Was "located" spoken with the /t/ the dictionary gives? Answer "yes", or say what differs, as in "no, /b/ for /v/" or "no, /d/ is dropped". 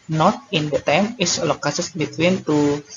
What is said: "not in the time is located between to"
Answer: no, /s/ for /t/